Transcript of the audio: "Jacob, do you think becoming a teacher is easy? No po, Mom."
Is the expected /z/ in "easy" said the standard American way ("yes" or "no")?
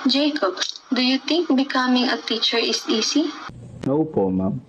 no